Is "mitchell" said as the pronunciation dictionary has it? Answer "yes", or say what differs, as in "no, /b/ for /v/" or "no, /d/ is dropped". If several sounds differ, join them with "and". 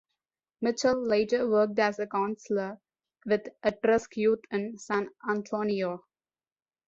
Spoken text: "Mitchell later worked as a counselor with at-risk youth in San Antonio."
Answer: yes